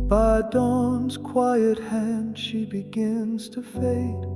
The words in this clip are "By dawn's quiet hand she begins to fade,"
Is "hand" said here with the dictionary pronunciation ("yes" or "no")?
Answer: yes